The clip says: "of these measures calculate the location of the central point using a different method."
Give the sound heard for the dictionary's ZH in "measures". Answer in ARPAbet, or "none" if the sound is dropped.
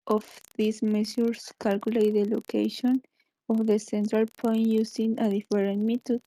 S